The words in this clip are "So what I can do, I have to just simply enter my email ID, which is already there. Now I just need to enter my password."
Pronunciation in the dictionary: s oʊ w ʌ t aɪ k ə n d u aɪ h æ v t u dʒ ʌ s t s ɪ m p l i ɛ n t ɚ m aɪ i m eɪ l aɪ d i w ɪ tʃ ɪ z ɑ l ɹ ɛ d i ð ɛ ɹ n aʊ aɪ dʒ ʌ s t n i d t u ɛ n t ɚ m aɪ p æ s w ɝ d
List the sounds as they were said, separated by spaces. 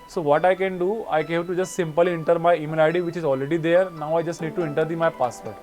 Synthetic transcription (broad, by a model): s oʊ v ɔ t aɪ k ə n d u aɪ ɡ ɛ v t u dʒ ʌ s t s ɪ m p l i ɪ n t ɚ m aɪ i m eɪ n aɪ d i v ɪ tʃ ɪ z ɑ l ɹ ɛ d i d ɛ ɹ n aʊ aɪ dʒ ʌ s t n i d t u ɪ n t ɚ m aɪ p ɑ s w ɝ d